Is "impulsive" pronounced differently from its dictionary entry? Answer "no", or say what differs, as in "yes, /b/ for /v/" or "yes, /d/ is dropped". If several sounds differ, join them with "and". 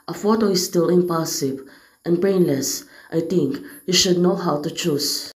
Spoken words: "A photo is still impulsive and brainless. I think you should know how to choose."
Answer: yes, /l/ is dropped